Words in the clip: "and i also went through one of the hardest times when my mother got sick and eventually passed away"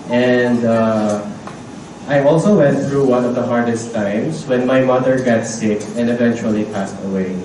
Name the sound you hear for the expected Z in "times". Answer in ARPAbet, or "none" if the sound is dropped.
S